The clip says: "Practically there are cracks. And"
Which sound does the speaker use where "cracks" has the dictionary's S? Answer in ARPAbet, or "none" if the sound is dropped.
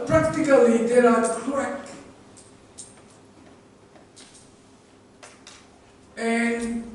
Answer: none